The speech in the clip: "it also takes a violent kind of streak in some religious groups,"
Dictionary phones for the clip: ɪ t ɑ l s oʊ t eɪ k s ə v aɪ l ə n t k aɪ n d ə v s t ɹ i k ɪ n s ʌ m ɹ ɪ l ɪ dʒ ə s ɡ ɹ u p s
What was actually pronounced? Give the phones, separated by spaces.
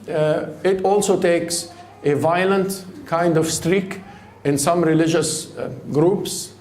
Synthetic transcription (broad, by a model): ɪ t ɑ l s oʊ t eɪ k s ə v aɪ l ə n t k aɪ n d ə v s t ɹ i k ɪ n s ʌ m ɹ ɪ l ɪ dʒ ə s ɡ ɹ u p s